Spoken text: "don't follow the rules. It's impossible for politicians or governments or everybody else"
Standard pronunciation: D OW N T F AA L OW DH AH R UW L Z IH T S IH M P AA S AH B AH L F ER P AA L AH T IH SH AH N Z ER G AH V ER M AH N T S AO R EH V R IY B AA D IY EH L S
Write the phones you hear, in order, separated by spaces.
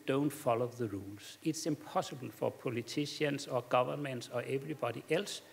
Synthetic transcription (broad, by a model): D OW N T F AA L OW DH AH R UW L S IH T S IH M P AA S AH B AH L F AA P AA L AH S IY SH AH N S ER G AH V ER M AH N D S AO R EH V R IY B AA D IY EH L S